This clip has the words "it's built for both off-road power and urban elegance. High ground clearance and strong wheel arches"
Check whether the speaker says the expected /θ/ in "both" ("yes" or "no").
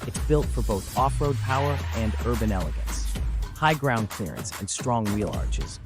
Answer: yes